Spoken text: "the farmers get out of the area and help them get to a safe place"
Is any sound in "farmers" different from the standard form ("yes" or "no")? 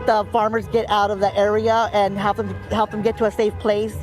no